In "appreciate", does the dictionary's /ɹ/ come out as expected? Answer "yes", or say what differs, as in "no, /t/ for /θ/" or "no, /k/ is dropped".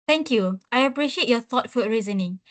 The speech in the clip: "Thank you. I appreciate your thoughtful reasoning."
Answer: yes